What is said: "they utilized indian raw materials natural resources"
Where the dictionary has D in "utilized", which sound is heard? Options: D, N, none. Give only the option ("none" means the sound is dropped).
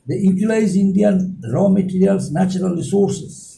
none